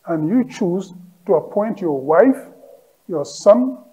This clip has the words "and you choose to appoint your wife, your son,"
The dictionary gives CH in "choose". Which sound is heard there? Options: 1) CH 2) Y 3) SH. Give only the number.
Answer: 1